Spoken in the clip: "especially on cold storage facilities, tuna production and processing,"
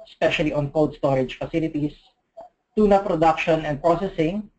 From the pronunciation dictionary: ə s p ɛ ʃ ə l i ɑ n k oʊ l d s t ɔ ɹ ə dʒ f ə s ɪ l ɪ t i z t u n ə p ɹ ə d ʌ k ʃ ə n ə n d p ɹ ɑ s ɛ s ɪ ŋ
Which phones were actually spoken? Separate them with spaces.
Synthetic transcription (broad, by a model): s p ɛ ʃ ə l i ɑ n k oʊ w d s t ɔ ɹ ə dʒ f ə s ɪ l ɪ t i s t u n ə p ɹ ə d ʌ k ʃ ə n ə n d p ɹ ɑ s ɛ s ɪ ŋ